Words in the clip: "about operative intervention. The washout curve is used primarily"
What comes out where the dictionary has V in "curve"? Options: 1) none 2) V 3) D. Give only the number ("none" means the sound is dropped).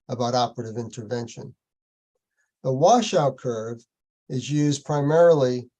2